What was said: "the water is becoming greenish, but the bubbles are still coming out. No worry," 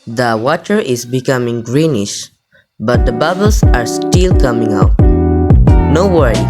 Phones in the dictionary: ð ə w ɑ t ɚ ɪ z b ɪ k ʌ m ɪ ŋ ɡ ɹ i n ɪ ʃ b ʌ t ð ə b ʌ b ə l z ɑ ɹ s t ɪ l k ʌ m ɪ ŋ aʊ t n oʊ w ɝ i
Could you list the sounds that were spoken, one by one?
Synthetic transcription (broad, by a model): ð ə w ɑ t ɚ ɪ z b ɪ k ʌ m ɪ ŋ ɡ ɹ i n ɪ ʃ b ʌ t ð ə b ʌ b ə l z ɑ ɹ s t ɪ l k ʌ m ɪ ŋ aʊ t n oʊ w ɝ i